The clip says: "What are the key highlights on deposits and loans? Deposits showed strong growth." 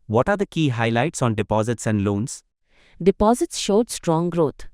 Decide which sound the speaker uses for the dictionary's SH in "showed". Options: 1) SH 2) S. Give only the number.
1